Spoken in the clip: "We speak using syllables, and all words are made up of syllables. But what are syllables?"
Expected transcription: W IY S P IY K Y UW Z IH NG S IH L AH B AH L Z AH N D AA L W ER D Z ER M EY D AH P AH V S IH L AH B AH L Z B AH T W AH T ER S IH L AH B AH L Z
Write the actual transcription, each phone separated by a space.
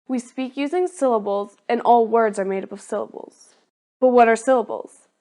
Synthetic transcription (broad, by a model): W IY S P IY K Y UW Z IH NG S IH L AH B L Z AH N AA L W ER D Z ER M EY D AH P AH V S IH L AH B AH L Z B AH T W AH T ER S IH L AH B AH L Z